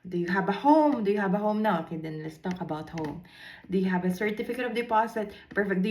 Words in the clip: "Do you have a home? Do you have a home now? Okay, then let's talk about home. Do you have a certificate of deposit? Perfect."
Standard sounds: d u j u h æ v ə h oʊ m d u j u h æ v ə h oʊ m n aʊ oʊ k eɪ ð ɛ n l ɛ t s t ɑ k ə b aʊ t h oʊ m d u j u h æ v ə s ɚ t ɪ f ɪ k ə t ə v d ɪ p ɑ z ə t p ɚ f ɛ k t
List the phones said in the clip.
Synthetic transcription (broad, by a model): d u j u h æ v ə h oʊ m d u j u h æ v ə h oʊ m n aʊ oʊ k eɪ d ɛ n l ɛ t s t ɑ k ə b aʊ t h oʊ m d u j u h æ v ə s ɚ t ɪ f ɪ k ə t ə v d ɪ p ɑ s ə t p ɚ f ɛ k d